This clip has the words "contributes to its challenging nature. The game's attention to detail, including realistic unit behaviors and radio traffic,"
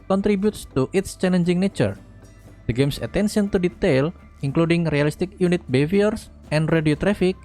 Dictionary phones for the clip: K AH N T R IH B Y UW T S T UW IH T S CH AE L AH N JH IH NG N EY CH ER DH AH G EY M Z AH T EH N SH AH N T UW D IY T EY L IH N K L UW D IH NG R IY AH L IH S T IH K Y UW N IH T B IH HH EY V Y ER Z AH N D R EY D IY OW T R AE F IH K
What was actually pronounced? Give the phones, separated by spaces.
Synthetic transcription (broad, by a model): K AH N T R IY B Y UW T S T UW IH T S CH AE L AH N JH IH NG N EY CH ER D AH G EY M S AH T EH N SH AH N T UW D IY T EY L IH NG K L UW D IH NG R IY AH L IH S T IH K Y UW N IH T B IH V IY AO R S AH N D R EY D IY OW T R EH F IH K